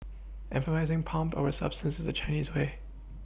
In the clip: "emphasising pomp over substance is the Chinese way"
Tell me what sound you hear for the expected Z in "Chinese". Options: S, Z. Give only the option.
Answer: Z